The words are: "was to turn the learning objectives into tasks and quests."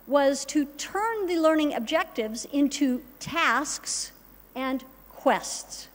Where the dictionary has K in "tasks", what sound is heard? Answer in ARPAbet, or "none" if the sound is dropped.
K